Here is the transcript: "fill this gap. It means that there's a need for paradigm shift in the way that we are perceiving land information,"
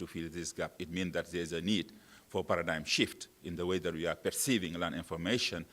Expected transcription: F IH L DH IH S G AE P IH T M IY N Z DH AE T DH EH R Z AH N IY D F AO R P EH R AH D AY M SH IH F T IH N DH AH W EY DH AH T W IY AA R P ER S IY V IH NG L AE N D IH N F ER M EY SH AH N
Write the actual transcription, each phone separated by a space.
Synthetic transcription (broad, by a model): F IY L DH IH S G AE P IH T M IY N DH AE T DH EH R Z AH N IY D F AO R P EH R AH D AY M SH IH F T IH N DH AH W EY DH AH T W IY AA R P ER S IY V IH NG L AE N IH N F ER M EY SH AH N